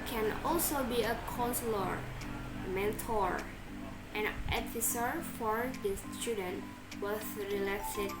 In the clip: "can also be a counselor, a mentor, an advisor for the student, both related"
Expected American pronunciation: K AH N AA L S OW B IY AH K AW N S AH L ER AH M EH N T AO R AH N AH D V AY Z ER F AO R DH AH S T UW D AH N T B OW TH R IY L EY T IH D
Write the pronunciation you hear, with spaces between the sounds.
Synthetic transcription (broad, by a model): K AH N AA L S OW B IY AH K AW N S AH L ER M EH N T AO R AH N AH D F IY S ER F AO R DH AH S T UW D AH N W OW S R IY L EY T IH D